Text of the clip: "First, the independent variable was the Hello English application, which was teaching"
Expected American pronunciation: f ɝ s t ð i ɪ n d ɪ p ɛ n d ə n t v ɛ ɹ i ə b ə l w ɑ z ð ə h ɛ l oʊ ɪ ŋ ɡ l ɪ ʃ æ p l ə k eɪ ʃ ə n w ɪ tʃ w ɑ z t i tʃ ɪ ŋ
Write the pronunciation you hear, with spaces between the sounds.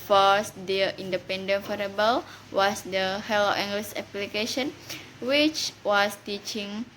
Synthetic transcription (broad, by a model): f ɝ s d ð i n d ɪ p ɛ n d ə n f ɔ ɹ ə b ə l w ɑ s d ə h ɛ l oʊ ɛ ŋ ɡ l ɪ s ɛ p l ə k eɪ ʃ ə n w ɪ tʃ w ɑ s t i tʃ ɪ ŋ